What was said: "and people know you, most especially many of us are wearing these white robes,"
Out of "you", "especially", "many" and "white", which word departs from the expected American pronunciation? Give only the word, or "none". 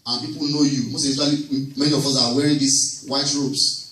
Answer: especially